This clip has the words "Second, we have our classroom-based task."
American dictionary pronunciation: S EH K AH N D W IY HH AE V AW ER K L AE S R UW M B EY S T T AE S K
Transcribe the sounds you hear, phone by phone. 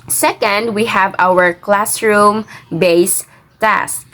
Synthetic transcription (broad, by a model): S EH K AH N D W IY HH AE V AW ER K L AE S R UW M B EY S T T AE S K